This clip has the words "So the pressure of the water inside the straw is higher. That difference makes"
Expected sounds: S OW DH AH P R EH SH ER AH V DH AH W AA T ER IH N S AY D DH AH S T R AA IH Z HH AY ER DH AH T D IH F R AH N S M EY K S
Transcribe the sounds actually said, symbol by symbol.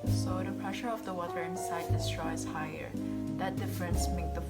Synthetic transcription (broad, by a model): S OW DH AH P R EH SH ER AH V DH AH W AA T ER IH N S AY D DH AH S T R AA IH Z HH AY ER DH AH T D IH F R AH N S M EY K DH